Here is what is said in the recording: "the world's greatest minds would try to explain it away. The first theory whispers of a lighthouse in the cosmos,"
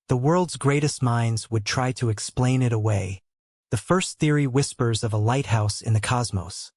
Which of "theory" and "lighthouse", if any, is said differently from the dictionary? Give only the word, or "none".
none